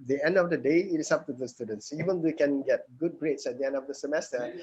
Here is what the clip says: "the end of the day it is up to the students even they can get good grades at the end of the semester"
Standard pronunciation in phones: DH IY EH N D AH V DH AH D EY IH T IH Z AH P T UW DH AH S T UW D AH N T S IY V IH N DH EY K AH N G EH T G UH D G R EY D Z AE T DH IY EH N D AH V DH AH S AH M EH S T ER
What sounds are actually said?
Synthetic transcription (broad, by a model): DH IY EH N D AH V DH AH D EY IH T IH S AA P T UW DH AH S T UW D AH N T S IY V IH N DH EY K AH N G EH T G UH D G R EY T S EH T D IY EH N D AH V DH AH S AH M EH S T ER